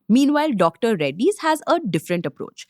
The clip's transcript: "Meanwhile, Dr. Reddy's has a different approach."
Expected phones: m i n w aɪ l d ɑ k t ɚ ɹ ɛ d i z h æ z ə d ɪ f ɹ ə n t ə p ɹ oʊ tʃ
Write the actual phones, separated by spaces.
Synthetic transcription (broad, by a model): m i n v aɪ l d ɑ k t ɚ ɹ ɛ d i z h æ z ə d ɪ f ɹ ə n t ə p ɹ oʊ tʃ